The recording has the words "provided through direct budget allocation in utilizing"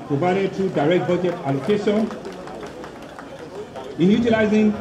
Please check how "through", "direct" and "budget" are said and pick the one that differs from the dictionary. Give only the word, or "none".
through